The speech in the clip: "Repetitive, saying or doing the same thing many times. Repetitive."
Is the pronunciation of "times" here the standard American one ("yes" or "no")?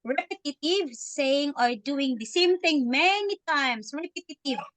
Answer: no